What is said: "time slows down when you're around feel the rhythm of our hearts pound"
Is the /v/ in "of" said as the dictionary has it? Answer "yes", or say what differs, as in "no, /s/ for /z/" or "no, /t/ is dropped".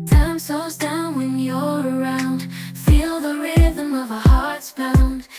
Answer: yes